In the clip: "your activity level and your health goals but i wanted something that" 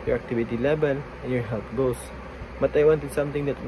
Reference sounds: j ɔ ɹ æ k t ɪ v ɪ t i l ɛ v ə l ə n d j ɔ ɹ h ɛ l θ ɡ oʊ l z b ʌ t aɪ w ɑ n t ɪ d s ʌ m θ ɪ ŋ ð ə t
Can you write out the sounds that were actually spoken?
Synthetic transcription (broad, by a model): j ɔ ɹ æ k t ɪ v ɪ t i l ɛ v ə l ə n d j ɔ ɹ h ɛ l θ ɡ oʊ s b ʌ t aɪ w ɑ n t ɪ d s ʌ m t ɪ ŋ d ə t